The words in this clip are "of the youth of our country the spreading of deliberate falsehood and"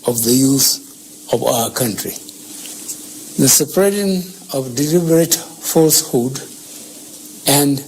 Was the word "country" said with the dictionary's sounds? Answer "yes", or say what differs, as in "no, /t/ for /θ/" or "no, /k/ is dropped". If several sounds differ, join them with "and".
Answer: yes